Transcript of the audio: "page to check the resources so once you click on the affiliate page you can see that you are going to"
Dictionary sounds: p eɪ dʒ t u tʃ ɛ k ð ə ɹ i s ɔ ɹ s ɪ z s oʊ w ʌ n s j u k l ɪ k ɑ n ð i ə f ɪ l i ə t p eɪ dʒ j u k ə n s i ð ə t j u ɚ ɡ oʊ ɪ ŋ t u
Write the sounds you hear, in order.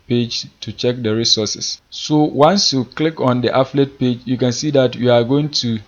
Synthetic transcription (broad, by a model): p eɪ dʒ t u tʃ ɛ k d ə ɹ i s ɔ s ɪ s s oʊ w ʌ n s j u k l ɪ k ɑ n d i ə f l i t p eɪ dʒ j u k ə n s i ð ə t j u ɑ ɡ oʊ ɪ ŋ t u